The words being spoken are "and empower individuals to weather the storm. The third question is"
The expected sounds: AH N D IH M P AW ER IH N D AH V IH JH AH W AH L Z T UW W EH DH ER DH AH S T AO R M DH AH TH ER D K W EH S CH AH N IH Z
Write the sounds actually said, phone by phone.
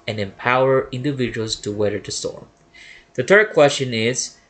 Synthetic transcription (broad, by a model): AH N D IH M P AW ER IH N D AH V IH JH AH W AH L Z T UW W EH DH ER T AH S T AO R M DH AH T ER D K W EH S CH AH N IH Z